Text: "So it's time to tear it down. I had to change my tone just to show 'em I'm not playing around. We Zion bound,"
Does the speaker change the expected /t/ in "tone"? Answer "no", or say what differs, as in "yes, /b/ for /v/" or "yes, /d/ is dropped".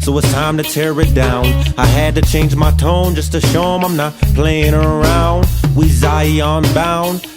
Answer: no